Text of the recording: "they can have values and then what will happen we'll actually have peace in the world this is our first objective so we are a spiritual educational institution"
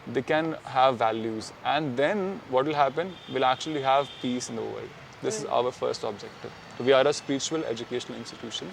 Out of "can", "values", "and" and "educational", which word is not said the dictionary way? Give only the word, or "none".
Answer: none